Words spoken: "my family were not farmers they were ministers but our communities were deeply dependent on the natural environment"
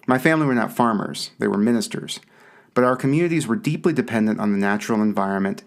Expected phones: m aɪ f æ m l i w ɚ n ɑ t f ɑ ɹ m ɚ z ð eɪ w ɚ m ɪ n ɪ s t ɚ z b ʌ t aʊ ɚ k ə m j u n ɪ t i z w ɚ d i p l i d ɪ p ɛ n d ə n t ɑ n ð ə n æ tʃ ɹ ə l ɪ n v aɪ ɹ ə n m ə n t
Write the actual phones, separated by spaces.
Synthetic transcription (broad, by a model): m aɪ f æ m l i w ɚ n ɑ t f ɑ ɹ m ɚ z ð eɪ w ɚ m ɪ n ɪ s t ɚ z b ʌ t aʊ ɚ k ə m j u n ɪ t i z w ɚ d i p l i d ɪ p ɛ n d ə n t n ð ə n æ tʃ ɹ l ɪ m v aɪ ɹ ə n m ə n t